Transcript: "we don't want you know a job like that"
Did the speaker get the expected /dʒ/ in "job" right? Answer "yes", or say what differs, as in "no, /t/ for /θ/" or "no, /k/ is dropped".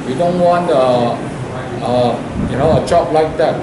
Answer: no, /tʃ/ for /dʒ/